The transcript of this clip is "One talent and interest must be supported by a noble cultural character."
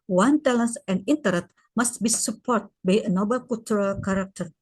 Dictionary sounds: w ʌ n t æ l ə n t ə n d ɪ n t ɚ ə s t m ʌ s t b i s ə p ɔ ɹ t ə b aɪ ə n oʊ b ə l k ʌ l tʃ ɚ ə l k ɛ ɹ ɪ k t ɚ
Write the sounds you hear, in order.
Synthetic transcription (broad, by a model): w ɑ n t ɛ l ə n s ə n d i n t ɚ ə t m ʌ s t b i s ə p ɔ ɹ t b aɪ ə n oʊ b ə l k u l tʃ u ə l k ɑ ɹ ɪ k t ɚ